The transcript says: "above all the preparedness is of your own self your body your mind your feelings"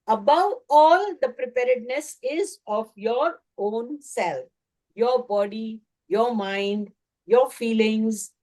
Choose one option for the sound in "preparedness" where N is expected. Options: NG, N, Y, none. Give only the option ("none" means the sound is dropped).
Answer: N